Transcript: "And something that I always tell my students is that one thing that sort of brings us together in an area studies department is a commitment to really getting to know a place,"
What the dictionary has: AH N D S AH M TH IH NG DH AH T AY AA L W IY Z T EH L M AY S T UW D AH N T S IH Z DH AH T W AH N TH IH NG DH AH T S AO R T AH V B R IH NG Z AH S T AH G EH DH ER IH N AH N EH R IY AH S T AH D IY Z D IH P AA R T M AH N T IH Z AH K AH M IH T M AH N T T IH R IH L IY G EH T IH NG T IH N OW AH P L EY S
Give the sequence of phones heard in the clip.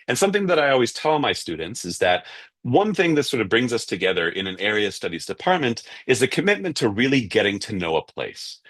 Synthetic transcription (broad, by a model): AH N S AH M TH IH NG DH AH T AY AA L W IY Z T EH L M AY S T UW D N T S IH Z DH AH T W AH N TH IH NG DH AH T S AO R T AH V B R IH NG Z AH S T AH G EH DH ER IH N AH N EH R IY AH S T AH D IY Z D IH P AA R T M AH N T IH Z AH K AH M IH T M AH N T T IH R IH L IY G EH T IH NG T IH N OW AH P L EY S